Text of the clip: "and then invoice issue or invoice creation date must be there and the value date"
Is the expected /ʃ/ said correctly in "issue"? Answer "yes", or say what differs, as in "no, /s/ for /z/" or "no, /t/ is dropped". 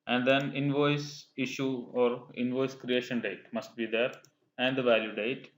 yes